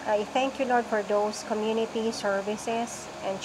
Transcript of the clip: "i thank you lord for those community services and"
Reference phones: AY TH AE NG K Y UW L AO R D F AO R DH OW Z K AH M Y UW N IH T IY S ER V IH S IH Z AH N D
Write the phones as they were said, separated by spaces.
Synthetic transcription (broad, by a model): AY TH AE NG K Y UW L AO R D F AO R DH OW S K AH M Y UW N IH T IY S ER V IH S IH S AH N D